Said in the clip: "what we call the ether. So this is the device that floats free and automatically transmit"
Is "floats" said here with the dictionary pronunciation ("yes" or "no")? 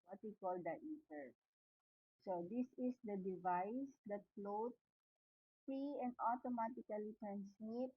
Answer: no